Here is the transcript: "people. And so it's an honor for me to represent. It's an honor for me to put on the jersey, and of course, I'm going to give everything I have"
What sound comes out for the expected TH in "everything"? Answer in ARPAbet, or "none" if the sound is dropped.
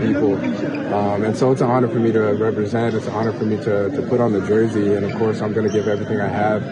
TH